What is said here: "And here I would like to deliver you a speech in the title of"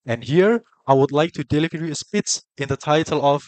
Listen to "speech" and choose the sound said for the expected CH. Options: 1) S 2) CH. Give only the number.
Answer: 1